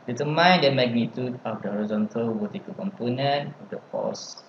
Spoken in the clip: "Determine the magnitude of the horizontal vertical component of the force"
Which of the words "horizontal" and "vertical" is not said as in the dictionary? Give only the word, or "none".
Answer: vertical